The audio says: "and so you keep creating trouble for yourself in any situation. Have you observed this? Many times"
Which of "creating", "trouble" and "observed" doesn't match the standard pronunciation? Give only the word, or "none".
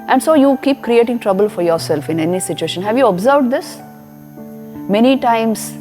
none